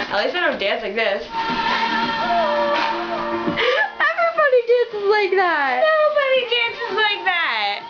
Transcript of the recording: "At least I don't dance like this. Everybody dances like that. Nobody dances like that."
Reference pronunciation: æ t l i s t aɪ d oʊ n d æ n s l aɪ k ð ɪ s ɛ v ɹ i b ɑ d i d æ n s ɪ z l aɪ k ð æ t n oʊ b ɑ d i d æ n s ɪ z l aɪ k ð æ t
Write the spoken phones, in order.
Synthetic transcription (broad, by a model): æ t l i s aɪ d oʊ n d æ n s l aɪ k ð ɪ s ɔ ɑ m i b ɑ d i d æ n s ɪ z l aɪ k ð æ t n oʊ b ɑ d i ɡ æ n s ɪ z l aɪ k ð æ t